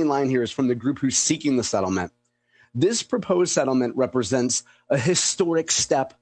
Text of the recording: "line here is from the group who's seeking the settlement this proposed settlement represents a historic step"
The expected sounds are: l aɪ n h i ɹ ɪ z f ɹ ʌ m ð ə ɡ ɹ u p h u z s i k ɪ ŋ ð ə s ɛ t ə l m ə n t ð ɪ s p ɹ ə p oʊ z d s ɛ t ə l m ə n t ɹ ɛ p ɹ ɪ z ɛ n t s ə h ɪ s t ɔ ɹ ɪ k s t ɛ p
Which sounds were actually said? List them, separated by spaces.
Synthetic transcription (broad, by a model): l aɪ n h i ɹ ɪ z f ɹ ʌ m ð ə ɡ ɹ u p h u z s i k ɪ ŋ ð ə s ɛ t l m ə n ð ɪ s p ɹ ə p oʊ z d s ɛ t l m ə n t ɹ ɛ p ɹ ɪ z ɛ n t s ə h ɪ s t ɔ ɹ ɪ k s t ɛ p